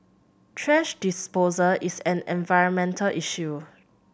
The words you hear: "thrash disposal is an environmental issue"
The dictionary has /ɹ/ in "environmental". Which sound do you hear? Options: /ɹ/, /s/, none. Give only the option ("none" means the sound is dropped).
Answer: /ɹ/